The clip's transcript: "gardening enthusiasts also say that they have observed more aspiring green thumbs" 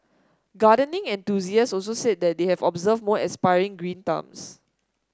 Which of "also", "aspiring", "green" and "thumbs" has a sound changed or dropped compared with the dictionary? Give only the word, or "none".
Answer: thumbs